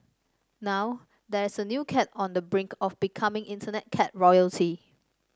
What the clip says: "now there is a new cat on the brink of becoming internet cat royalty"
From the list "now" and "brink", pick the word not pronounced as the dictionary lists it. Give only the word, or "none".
none